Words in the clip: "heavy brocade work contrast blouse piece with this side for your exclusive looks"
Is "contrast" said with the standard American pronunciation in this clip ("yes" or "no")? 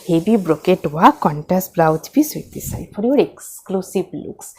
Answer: no